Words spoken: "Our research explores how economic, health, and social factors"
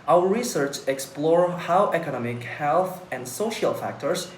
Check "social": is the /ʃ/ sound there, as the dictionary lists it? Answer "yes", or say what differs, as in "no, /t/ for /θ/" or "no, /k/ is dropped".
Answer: yes